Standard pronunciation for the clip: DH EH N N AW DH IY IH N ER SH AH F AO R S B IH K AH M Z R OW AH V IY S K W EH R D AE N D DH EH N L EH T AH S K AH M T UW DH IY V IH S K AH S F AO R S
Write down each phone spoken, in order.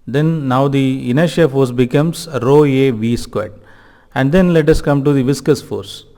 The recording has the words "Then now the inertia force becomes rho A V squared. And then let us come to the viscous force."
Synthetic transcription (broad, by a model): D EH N N AW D IY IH N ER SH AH F AO R S B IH K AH M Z R OW AH V IY S K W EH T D AE N D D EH N L EH T AH S K AH M T UW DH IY V IH S K AH S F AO R S